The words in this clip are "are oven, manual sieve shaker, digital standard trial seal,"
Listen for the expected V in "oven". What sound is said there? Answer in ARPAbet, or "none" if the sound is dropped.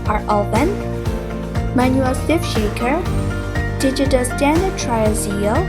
B